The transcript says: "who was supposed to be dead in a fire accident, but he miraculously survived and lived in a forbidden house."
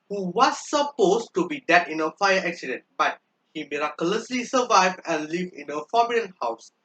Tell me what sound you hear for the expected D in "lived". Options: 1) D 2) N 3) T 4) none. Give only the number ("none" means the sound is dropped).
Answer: 4